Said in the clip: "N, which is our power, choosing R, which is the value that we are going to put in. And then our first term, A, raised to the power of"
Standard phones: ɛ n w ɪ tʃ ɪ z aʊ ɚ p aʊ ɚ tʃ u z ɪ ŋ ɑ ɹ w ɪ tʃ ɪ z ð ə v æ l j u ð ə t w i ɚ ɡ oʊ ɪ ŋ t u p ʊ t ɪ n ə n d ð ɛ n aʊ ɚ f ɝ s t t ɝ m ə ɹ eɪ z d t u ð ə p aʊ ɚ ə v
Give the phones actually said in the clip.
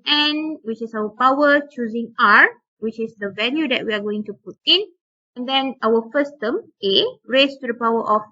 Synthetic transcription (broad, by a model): ɛ n w ɪ tʃ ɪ s aʊ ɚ p aʊ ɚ tʃ u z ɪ ŋ ɑ ɹ w ɪ tʃ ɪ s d ə v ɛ n j u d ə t w i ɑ ɡ oʊ ɪ ŋ t u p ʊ t ɪ n ə n d ɛ n aʊ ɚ f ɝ s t t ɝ m ə ɹ eɪ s t u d ə p aʊ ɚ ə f